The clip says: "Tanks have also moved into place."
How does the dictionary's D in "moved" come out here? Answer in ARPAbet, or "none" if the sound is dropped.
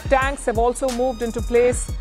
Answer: D